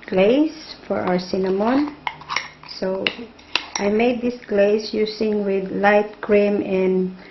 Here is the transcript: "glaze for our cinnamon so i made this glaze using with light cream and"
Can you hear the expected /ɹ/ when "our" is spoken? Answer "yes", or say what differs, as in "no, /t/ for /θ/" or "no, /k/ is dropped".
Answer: no, /w/ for /ɹ/